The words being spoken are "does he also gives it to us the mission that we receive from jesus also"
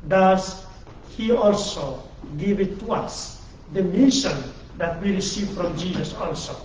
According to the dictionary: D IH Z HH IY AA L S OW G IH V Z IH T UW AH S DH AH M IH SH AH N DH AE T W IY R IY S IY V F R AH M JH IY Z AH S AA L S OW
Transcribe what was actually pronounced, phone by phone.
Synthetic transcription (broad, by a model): D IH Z HH IY AA L S OW G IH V IH T UW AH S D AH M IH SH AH N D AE T W IY R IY S IY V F R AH M JH IY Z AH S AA L S OW